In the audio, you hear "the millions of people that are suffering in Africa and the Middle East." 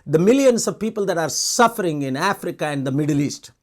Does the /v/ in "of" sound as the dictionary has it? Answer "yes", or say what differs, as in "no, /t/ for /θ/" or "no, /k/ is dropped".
yes